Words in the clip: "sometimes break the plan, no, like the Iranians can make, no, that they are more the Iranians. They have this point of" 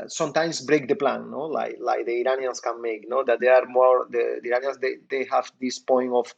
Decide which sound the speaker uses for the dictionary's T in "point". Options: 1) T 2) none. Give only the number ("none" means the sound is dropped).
2